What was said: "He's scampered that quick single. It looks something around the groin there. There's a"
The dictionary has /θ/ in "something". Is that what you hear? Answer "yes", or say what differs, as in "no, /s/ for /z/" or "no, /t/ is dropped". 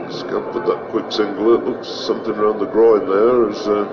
yes